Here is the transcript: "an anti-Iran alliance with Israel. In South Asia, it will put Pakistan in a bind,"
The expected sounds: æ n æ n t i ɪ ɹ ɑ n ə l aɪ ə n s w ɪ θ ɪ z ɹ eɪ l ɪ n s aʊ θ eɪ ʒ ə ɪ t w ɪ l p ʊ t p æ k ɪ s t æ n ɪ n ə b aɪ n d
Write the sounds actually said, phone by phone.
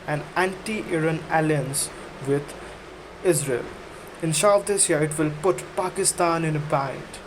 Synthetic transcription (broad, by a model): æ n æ n t i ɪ ɹ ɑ n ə l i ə n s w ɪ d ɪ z ɹ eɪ l ɪ n ʃ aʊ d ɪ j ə ɪ t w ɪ l p ʊ t p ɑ k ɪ s t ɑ n ɪ n ə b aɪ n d